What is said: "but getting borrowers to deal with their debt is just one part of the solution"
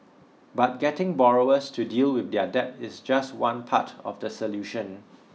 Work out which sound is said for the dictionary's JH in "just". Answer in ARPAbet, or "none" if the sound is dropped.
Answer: JH